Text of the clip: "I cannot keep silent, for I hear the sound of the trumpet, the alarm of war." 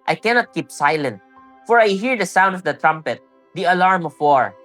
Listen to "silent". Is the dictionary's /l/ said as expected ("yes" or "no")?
yes